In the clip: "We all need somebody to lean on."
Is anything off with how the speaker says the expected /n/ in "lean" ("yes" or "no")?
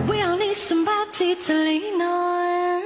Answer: no